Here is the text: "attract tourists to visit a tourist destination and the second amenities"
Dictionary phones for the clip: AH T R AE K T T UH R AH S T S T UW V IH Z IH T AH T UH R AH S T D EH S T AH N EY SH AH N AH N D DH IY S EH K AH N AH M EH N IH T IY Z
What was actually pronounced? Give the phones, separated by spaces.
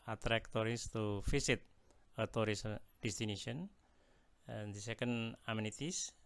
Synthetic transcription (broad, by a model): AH T R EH K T T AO R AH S S T UW F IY S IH T AH T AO R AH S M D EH S T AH N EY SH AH AH N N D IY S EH K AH N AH M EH N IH T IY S